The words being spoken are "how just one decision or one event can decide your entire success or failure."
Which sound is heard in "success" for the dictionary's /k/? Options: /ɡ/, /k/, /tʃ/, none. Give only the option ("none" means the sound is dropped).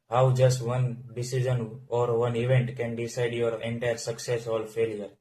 /k/